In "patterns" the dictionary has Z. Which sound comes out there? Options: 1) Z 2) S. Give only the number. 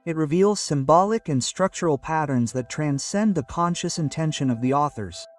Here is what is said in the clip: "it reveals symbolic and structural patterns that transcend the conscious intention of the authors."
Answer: 1